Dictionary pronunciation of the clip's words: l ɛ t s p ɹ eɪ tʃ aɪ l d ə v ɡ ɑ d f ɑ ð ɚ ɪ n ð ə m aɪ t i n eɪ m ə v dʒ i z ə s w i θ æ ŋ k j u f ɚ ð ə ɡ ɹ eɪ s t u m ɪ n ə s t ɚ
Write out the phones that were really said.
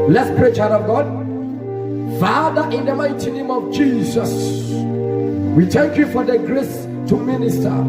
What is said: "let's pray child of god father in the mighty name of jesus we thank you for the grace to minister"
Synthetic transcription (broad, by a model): l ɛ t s p ɹ eɪ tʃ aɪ d ə v ɡ ɑ d f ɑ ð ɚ ɪ n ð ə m aɪ t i n eɪ m ə v dʒ i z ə s w i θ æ ŋ k j u f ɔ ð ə ɡ ɹ eɪ s t u m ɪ n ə s t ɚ